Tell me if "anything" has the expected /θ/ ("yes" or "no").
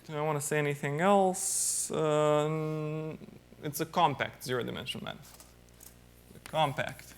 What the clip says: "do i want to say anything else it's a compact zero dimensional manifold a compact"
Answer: yes